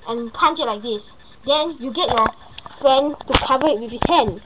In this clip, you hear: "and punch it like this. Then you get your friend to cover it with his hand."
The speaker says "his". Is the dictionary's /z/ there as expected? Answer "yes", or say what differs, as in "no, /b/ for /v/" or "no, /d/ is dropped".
no, /s/ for /z/